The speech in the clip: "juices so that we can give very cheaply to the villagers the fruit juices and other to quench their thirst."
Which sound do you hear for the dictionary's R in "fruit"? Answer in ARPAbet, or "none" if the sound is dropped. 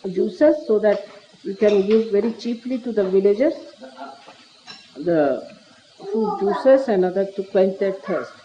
none